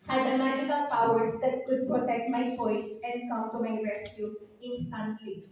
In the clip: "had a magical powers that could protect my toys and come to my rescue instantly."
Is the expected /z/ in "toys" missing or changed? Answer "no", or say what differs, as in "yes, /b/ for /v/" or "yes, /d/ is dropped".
yes, /s/ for /z/